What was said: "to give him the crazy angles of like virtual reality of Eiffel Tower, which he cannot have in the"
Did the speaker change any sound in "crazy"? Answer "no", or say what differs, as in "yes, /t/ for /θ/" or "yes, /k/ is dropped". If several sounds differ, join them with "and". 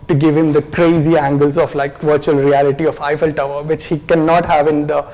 no